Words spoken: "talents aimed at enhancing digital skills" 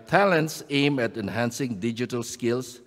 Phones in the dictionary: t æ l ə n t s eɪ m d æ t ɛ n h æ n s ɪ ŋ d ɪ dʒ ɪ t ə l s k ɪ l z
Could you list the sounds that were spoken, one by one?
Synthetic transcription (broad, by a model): t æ l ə n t s eɪ m æ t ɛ n h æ n s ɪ ŋ d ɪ dʒ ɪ t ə l s k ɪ l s